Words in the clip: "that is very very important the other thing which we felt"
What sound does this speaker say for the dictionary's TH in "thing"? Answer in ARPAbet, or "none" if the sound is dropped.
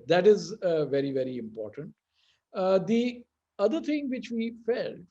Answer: T